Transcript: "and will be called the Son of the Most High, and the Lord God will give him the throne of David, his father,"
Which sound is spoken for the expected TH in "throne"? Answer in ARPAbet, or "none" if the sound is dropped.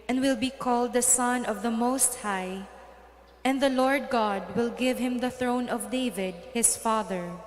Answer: TH